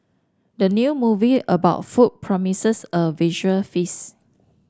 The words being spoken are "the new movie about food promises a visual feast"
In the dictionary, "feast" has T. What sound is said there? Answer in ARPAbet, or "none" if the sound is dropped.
none